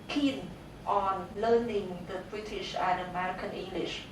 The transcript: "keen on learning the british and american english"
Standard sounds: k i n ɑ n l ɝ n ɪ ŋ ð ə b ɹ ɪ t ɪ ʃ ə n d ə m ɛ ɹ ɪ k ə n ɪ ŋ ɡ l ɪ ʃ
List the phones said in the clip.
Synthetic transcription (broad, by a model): k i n ɑ n l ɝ n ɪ ŋ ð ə b ɹ ɪ t ɪ ʃ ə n ə m ɛ ɹ ɪ k ə n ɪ ŋ ɡ l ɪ ʃ